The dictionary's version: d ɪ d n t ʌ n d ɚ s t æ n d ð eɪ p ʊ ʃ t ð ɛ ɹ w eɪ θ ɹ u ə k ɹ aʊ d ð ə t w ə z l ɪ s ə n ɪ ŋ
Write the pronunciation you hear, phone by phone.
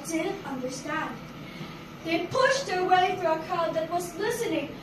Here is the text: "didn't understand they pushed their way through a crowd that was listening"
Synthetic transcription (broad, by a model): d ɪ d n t ʌ n d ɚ s t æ n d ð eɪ p ʊ ʃ t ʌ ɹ w eɪ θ ɹ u ə k aʊ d ð ə t w ə z l ɪ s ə n ɪ ŋ